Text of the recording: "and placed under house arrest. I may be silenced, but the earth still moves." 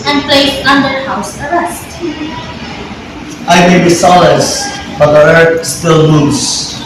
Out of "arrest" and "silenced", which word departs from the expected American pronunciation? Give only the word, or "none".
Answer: silenced